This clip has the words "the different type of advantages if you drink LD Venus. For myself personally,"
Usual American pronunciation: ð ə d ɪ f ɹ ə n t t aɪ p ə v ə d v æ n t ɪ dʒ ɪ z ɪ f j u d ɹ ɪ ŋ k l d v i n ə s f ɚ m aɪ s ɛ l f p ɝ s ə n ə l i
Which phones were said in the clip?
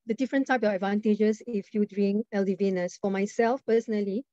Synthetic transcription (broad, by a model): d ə d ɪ f ɹ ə n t t aɪ p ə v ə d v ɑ n t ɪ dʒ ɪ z ɪ f j u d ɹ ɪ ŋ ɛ l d v i n ə s f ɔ m aɪ s ɛ l f p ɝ s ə n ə l i